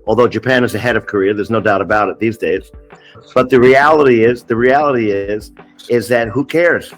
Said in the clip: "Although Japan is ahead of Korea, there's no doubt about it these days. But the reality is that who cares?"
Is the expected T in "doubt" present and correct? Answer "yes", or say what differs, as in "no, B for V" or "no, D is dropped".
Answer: yes